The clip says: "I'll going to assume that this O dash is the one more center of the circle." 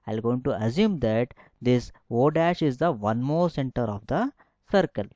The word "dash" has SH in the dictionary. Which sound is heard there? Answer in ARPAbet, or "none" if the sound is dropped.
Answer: SH